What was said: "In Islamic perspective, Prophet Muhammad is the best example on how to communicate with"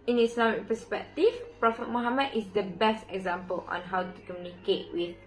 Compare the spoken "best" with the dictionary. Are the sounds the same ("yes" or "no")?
yes